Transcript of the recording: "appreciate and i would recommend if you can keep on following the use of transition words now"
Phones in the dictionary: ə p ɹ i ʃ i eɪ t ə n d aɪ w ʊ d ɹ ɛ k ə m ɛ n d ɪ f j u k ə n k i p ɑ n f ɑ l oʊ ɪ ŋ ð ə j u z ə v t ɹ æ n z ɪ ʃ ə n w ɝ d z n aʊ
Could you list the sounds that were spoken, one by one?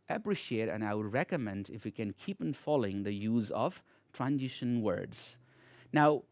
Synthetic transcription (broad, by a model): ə p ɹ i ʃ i eɪ t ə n aɪ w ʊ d ɹ ɛ k ə m ɛ n d ɪ f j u k ə n k i p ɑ n f ɑ l oʊ ɪ ŋ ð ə j u z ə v t ɹ æ n z ɪ ʃ ə n w ɝ d z n aʊ